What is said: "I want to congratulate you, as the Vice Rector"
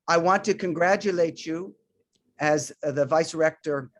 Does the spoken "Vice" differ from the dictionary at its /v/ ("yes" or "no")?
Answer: no